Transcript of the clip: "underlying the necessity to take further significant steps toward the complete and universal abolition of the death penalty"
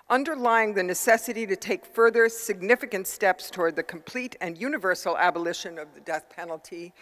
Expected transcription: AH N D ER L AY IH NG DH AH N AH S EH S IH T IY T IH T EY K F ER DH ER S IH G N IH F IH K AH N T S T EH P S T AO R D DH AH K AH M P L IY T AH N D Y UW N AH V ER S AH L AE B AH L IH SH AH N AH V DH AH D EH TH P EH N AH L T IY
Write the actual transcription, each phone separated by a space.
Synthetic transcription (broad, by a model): AH N D ER L AY IH NG DH AH N AH S EH S IH T IY T IH T EY K F ER DH ER S IH G N IH F IH K AH N T S T EH P S T AO R D DH AH K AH M P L IY T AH N Y UW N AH V ER S L AE B AH L IH SH AH N AH V DH AH D EH TH P EH N L T IY